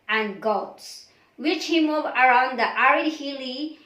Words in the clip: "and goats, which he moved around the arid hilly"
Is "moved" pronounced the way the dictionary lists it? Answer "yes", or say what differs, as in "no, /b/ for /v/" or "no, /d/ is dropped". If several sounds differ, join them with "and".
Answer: no, /d/ is dropped